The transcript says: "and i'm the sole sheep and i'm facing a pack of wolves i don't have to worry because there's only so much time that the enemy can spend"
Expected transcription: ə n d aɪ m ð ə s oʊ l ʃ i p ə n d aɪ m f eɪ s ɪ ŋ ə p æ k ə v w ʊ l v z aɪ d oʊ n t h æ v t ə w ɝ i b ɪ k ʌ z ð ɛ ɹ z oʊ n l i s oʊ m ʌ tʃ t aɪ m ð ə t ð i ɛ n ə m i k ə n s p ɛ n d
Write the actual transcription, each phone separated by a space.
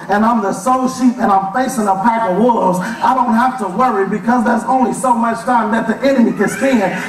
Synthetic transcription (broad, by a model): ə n aɪ m ð ə s oʊ l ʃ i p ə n aɪ m f eɪ s ɪ ŋ ə p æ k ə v w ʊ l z aɪ d oʊ n t h æ f t ə w ɝ i b ɪ k ʌ z ð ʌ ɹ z oʊ n l i s oʊ m ʌ tʃ t aɪ m ð ə t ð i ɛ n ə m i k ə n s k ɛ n